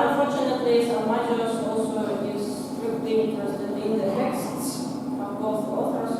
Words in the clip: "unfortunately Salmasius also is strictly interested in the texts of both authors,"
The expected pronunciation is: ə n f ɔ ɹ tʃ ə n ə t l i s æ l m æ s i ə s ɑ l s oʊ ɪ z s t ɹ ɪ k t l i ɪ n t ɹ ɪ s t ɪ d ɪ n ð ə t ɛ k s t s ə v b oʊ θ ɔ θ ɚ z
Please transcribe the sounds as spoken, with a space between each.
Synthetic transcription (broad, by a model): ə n f ɔ ɹ tʃ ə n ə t l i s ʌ m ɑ i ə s ɑ l s oʊ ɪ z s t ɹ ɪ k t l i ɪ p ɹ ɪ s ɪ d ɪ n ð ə t ɛ k s t s ə v b oʊ θ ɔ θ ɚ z